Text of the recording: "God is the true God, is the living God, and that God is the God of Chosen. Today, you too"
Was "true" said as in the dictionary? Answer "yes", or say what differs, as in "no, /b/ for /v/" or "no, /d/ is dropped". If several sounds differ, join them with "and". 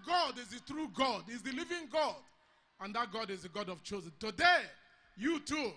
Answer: yes